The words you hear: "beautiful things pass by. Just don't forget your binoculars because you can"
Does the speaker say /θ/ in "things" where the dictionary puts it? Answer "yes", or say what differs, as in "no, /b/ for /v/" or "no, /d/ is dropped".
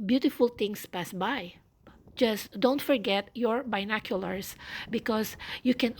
no, /t/ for /θ/